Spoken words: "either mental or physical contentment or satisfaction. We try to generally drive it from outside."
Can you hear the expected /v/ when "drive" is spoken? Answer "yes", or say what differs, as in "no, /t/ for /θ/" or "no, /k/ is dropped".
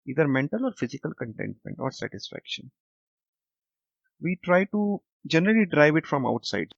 yes